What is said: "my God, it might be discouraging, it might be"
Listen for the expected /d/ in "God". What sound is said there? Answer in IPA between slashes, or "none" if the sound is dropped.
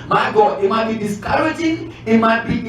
none